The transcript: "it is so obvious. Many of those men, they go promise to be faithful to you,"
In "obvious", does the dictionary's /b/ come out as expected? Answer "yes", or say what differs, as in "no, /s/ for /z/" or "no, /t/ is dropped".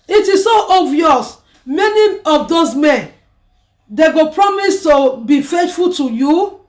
no, /b/ is dropped